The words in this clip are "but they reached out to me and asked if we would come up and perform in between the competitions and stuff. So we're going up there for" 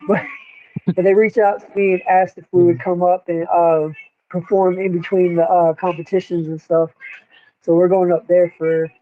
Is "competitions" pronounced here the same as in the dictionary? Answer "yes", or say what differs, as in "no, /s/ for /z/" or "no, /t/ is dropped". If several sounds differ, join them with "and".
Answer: yes